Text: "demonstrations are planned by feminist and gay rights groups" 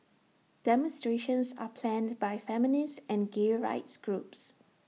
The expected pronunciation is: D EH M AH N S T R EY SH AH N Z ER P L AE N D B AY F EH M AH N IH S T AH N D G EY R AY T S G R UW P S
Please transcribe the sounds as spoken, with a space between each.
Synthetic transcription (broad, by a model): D EH M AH N S T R EY SH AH N S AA P L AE N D B AY F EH M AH N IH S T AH N G EY R AY T S G R UW P S